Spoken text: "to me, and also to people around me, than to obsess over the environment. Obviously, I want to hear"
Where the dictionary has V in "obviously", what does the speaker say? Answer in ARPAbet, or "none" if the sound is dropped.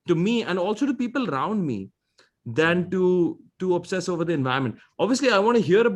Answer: V